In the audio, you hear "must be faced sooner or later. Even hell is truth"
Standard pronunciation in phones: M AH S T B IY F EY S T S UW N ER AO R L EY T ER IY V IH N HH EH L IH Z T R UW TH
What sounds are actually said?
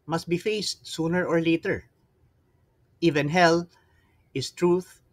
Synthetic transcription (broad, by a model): M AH S T B IY F EY S T S UW N ER AO R L EY T ER IY V IH N HH EH L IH S T R UW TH